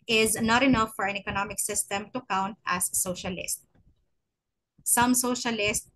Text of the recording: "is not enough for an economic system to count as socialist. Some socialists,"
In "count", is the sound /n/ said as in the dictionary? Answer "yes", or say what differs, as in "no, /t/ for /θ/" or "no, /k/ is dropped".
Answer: yes